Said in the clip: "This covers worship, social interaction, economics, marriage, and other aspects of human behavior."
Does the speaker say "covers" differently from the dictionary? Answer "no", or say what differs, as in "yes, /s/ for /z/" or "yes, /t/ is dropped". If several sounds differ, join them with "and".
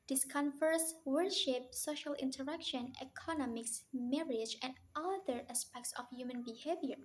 yes, /f/ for /v/ and /s/ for /z/